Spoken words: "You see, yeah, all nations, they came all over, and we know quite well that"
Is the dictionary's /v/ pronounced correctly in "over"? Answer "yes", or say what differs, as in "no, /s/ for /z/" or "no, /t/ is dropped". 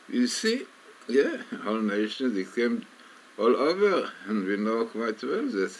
yes